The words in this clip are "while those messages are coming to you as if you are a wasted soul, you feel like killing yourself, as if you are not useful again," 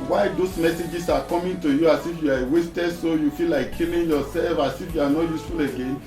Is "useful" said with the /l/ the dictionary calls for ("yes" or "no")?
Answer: yes